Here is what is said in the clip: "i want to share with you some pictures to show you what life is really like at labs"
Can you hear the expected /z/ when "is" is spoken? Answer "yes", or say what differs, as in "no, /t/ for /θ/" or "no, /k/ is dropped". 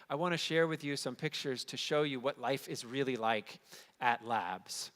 yes